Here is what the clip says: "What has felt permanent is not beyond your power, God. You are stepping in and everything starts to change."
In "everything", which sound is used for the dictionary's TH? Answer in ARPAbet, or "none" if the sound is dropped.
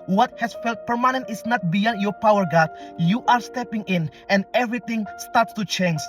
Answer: T